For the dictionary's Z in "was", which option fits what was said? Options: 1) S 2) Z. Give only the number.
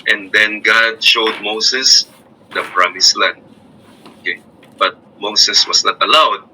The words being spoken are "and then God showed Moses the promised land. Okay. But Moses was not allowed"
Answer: 1